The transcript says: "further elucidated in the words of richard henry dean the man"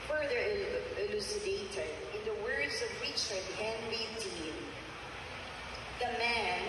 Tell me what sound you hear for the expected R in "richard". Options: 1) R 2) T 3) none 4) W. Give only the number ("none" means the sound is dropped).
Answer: 4